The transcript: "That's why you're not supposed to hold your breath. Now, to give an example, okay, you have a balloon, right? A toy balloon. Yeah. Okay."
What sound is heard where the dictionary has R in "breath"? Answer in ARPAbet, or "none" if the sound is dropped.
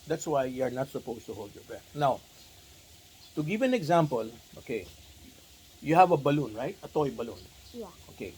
none